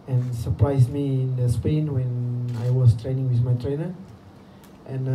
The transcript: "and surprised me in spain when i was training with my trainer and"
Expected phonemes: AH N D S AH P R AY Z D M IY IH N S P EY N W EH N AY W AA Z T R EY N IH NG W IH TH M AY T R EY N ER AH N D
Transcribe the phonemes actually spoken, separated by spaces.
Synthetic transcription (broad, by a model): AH N S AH P R AY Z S M IY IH N S P EY N W EH N AY W AA S T R EY N IH NG W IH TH M AY T R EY N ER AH N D